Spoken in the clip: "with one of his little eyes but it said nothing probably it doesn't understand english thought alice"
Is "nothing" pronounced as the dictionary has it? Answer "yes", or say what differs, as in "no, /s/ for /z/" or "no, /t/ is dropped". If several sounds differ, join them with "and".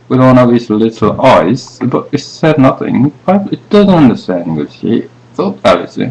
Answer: yes